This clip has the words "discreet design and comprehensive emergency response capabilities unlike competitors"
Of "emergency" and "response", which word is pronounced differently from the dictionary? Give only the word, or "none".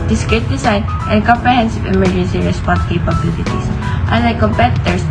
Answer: none